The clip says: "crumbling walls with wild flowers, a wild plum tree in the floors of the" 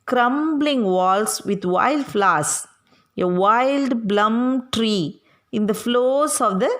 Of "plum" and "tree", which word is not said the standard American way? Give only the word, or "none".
plum